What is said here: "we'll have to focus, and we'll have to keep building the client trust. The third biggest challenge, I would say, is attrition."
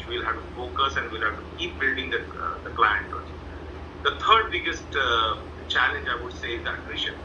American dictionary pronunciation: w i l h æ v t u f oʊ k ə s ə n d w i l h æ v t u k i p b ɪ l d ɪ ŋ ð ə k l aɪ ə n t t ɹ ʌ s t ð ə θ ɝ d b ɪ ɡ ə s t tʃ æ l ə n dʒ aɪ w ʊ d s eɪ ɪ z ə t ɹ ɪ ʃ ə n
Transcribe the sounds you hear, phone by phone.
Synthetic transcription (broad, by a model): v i l h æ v t u f oʊ k ə s ə n d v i l h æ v t u k i p b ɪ l d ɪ ŋ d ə k l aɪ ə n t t ʌ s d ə t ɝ d b ɪ ɡ ə s t tʃ æ l ə n dʒ aɪ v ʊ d s eɪ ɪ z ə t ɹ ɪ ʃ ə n